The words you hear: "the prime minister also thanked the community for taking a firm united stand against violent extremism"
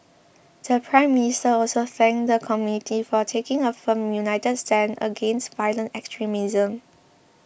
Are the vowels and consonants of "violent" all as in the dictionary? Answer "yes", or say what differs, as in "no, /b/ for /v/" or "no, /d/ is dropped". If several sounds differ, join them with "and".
yes